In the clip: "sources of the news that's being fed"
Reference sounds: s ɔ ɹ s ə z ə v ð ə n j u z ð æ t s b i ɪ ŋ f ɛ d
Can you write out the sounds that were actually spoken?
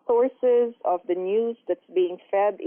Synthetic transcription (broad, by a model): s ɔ ɹ s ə z ə v ð ə n j u z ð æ t s b i ɪ ŋ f ɛ d